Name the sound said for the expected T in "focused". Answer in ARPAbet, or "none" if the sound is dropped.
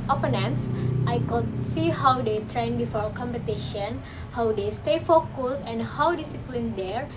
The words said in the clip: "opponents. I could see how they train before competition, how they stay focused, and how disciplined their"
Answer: none